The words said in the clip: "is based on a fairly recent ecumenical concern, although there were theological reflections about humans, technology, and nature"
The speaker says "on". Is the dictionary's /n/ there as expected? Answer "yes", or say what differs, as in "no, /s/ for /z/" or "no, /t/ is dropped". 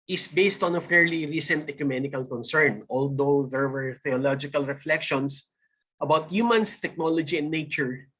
yes